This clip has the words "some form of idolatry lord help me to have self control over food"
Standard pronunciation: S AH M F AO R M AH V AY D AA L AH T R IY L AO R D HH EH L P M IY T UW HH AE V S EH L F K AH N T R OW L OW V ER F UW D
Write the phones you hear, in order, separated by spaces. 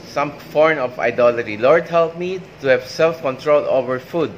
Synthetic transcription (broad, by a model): S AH M F AO R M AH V AY D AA L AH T IY L AO R D HH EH L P M IY T UW HH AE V S EH L F K AH N T R OW L OW V ER F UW D